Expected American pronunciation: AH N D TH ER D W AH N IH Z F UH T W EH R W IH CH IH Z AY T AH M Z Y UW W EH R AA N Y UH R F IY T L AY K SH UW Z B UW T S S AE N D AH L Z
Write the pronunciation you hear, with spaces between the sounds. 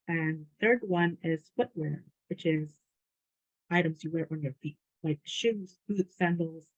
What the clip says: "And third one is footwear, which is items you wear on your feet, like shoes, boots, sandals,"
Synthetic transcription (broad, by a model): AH N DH TH ER D W AH N IH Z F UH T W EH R W IH CH IH Z AY T AH M Z Y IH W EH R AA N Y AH R F IY T L AY K SH UW Z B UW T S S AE N D L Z